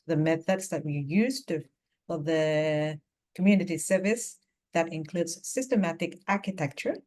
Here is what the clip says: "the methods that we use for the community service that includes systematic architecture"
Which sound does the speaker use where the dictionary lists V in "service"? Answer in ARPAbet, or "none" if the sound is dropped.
V